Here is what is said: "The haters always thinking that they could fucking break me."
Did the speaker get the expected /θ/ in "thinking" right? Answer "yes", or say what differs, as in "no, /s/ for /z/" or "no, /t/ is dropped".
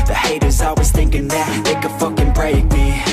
yes